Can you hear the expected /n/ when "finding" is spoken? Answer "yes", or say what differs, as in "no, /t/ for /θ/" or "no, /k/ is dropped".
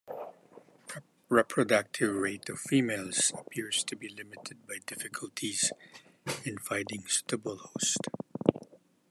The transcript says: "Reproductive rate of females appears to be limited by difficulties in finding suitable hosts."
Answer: no, /n/ is dropped